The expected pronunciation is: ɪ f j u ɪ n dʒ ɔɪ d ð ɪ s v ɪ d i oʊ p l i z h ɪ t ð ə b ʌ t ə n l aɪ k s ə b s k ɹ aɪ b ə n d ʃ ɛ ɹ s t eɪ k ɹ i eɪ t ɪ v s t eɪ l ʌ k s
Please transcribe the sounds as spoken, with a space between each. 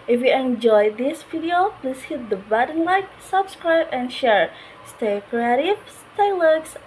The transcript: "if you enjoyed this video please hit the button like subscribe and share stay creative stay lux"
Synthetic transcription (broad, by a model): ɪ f j u ɪ n dʒ ɔɪ d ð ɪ s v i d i oʊ p l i s h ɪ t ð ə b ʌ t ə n l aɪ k s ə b s k ɹ aɪ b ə n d ʃ ɛ ɹ s t eɪ k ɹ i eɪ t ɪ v s t eɪ l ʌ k s